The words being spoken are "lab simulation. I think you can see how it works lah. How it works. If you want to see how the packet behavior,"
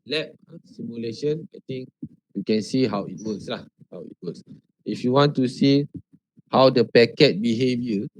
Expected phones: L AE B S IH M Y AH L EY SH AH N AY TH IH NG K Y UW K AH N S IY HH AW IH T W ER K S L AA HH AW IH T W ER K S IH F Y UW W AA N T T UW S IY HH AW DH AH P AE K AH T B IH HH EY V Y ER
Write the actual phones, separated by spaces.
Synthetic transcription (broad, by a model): L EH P S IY M Y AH L EY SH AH N AY T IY NG K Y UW K AH N S IY HH AW IH T W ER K S L AA HH AW IH T W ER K S IH F Y UW W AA N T T UW S IY HH AW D AH P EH K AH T B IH HH EY V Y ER